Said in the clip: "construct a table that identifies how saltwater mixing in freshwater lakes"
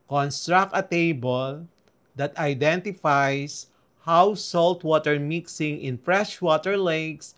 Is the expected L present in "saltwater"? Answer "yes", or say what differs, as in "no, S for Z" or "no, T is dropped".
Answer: yes